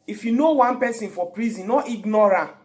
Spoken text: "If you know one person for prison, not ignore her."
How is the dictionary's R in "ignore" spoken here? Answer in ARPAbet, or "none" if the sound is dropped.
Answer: R